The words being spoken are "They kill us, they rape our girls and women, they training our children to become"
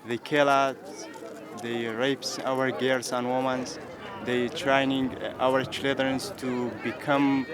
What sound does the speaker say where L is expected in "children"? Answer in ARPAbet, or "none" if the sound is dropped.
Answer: none